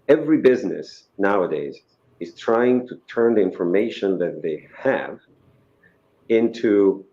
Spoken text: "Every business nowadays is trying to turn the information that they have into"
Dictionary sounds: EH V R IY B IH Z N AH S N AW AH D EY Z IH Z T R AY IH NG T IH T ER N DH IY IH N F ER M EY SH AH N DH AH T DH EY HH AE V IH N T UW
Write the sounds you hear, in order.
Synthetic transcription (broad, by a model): EH V R IY B IH Z N AH S N AW AH D EY Z IH Z T R AY IH NG T IH T ER N DH IY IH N F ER M EY SH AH N DH AH T DH EY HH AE V IH N T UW